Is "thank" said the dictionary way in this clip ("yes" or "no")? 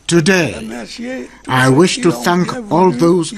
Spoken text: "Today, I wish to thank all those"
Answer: yes